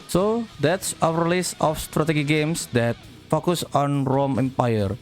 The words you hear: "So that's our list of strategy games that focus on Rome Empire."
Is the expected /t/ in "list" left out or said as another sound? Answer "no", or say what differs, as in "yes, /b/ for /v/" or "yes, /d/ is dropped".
yes, /t/ is dropped